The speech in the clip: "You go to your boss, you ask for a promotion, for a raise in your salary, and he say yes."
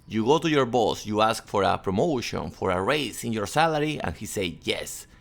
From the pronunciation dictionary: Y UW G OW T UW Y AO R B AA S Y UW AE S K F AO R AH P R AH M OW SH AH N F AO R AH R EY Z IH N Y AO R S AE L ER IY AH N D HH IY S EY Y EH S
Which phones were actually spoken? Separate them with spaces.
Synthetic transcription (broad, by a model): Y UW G OW T UW Y AO R B AA S Y UW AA S K F AO R AH P R AH M OW SH AH N F AO R AH R EY S IH N Y AO R S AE L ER IY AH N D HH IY S EY Y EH S